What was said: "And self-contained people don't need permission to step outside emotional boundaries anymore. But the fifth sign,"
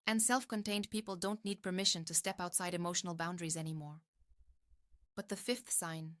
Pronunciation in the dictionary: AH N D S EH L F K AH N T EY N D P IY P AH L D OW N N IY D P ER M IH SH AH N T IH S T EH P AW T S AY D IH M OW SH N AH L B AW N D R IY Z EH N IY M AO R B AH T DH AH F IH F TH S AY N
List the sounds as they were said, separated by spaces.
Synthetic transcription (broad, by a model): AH N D S EH L F K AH N T EY N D P IY P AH L D OW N N IY D P ER M IH SH AH N T IH S T EH P AW T S AY D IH M OW SH N L B AW N D R IY Z EH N IY M AO R B AH T DH AH F IH F TH S AY N